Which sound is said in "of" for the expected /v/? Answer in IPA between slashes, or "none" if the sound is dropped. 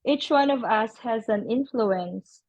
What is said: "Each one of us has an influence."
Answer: /v/